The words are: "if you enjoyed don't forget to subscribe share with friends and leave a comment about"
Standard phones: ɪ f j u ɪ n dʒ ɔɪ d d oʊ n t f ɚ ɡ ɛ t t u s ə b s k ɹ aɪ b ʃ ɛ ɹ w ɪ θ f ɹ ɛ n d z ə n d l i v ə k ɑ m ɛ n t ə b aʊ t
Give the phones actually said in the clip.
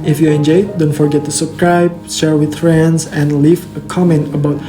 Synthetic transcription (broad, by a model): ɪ f j u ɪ n dʒ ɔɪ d d oʊ n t f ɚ ɡ ɛ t t u s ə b s k ɹ aɪ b ʃ ɛ ɹ w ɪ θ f ɹ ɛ n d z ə n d l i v ə k ɑ m ɛ n t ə b aʊ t